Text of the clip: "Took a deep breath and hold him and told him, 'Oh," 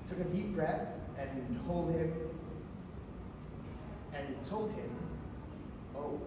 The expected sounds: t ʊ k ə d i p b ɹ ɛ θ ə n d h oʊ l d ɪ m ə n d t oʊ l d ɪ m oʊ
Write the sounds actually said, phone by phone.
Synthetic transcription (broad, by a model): t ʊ k ə d i p b ɹ ɛ θ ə n h oʊ l d ɪ m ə n t oʊ l d ɪ m oʊ